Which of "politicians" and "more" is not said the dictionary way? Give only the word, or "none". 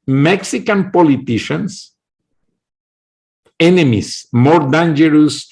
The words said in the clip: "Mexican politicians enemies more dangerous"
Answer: politicians